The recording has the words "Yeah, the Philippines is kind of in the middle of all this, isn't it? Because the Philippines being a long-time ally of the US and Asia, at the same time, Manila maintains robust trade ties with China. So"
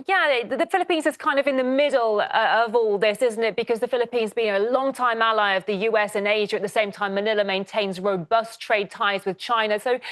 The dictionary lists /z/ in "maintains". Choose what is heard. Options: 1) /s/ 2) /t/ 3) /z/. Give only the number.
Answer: 3